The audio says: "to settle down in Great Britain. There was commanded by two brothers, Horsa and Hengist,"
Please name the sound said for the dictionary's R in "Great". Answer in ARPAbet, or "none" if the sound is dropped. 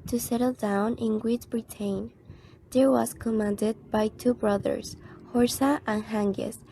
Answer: W